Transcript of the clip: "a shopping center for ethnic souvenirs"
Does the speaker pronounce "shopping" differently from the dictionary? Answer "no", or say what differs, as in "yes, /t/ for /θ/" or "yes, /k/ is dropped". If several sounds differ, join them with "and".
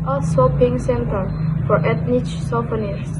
yes, /s/ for /ʃ/